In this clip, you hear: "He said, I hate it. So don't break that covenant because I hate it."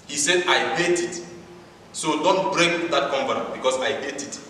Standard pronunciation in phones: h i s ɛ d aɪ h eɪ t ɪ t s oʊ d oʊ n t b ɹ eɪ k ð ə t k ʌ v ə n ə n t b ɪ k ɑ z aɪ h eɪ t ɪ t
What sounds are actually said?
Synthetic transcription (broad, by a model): h i s ɛ d aɪ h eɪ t ɪ t s oʊ d oʊ n t b ɹ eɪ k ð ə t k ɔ p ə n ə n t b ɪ k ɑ s aɪ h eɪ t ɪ t